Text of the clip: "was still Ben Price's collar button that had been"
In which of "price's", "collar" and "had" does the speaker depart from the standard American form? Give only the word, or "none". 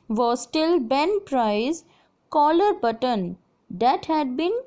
price's